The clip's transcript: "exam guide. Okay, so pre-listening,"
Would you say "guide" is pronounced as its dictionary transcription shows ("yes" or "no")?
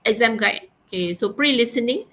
no